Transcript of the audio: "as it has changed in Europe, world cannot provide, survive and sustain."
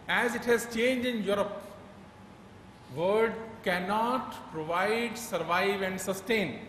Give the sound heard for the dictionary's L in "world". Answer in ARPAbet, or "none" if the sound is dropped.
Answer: none